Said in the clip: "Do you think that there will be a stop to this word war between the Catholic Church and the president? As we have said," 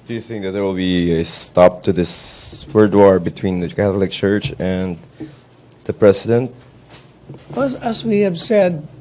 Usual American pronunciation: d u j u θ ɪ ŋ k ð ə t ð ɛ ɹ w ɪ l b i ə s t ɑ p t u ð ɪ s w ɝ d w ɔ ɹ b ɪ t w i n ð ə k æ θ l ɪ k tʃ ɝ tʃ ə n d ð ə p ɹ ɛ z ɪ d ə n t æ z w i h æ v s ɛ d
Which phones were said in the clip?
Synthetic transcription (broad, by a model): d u j u θ ɪ ŋ k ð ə t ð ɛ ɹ w ɪ l b i ə s t ɑ p t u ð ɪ s w ɝ d w ɔ ɹ b ɪ t w i n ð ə k æ θ l ɪ k tʃ ɝ tʃ ə n d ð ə p ɹ ɛ s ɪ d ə n t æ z w i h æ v s ɛ d